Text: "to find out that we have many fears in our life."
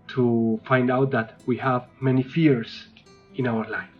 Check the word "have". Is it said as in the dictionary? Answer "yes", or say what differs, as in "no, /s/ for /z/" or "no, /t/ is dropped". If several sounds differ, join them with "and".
yes